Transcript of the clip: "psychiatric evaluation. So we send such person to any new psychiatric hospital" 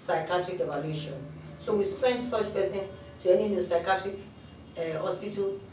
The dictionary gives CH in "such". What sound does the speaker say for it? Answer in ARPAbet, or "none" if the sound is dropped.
S